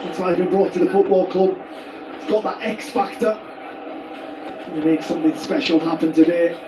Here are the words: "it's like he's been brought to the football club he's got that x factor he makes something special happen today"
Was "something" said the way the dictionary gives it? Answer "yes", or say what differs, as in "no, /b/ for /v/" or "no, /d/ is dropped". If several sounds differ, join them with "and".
yes